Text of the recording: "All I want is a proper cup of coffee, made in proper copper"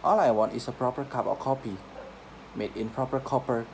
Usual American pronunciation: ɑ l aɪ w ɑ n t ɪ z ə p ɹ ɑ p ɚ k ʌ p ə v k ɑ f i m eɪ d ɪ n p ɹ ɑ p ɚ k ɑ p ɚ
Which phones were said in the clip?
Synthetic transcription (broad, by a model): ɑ l aɪ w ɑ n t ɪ s ə p ɹ ɑ p ɚ k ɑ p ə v k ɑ p i m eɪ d ɪ n p ɹ ɑ p ɚ k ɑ p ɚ